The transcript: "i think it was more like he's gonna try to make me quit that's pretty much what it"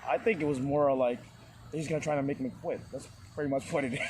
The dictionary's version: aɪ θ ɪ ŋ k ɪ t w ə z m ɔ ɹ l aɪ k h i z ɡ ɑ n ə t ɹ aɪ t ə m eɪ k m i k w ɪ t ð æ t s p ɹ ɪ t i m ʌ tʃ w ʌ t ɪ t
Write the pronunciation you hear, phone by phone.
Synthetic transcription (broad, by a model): aɪ θ ɪ ŋ k ɪ t w ə z m ɔ ɹ l aɪ k h i z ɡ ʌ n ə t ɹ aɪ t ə m eɪ k m i k w ɪ t ð æ t s p ɹ ɪ t i m ʌ tʃ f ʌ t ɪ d